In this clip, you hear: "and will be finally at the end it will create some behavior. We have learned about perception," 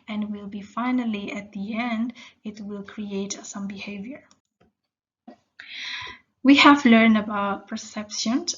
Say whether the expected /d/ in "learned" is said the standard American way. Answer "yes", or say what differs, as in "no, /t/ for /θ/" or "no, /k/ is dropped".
yes